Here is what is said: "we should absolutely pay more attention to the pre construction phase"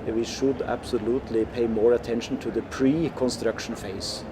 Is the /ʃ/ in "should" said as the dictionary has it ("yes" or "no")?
yes